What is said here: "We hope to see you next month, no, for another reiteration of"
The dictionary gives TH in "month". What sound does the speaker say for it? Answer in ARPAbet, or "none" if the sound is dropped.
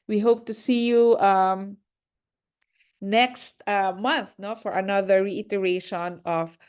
TH